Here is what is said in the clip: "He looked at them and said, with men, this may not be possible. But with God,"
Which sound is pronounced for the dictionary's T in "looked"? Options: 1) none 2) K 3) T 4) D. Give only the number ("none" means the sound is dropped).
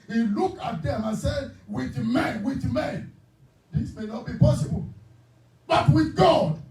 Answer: 1